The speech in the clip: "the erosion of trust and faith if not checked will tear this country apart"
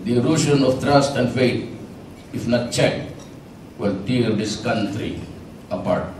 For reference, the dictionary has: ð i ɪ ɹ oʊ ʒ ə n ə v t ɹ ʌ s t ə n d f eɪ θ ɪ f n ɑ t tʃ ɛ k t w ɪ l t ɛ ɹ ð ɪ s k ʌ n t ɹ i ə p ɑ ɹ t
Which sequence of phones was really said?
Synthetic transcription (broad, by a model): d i ɹ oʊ ʃ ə n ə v t ɹ ʌ s t ə n d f eɪ t ɪ f n ɑ t tʃ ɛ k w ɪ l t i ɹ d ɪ s k ʌ n t ɹ i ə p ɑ ɹ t